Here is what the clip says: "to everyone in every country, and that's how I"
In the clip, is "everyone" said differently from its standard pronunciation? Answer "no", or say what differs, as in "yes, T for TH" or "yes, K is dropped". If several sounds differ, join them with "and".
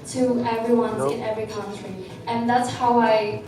no